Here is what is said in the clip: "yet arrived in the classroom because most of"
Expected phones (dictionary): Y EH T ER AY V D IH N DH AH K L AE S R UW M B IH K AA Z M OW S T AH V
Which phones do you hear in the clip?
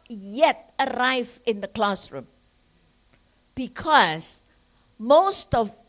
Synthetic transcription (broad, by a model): Y EH T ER AY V IH N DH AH K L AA S R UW M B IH K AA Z M OW S T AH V